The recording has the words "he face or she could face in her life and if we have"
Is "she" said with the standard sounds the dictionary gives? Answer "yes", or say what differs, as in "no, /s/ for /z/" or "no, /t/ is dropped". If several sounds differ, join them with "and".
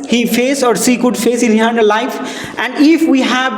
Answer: no, /s/ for /ʃ/